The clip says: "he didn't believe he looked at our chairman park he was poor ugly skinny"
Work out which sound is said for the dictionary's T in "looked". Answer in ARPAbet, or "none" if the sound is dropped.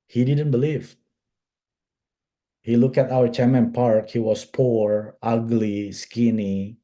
none